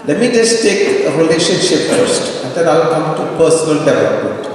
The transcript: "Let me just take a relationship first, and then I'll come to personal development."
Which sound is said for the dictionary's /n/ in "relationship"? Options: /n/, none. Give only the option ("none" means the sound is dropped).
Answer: /n/